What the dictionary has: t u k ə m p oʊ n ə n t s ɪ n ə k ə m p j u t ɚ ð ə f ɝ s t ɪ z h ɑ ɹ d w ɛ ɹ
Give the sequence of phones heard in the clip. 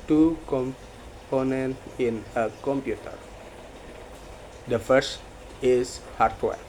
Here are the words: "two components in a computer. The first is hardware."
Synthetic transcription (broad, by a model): t u k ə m p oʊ n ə n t ɪ n ə k ə m p j u t ɚ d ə f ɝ s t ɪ s h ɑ ɹ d w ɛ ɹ